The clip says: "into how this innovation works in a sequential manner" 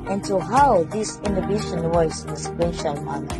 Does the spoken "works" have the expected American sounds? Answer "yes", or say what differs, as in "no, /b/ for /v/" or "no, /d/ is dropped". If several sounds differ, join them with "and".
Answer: no, /k/ is dropped